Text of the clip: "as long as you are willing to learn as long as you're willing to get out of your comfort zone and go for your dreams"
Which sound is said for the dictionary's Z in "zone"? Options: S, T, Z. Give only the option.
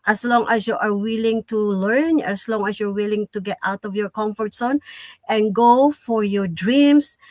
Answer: S